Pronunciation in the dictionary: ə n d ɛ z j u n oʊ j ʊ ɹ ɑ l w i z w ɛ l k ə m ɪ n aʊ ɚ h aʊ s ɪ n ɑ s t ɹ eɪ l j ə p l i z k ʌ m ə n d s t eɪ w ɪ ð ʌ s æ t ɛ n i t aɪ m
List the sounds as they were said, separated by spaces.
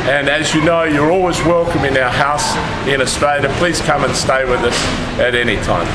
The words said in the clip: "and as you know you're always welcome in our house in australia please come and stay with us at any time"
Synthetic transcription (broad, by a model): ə n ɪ z j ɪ n oʊ j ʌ ɹ ɑ l w i z w ɛ l k ə m ɪ n aʊ ɚ h aʊ s ɪ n ɑ s t ɹ eɪ l j ə p l i z k ʌ m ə n s t eɪ w ɪ ð ʌ s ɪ t ɛ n i t aɪ m